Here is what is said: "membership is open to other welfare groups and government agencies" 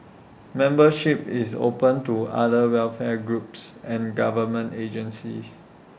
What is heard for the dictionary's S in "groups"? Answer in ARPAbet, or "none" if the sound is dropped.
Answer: S